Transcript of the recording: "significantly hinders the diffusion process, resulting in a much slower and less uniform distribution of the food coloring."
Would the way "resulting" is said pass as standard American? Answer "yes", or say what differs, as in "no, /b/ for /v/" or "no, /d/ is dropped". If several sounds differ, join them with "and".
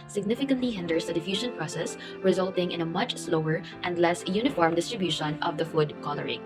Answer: yes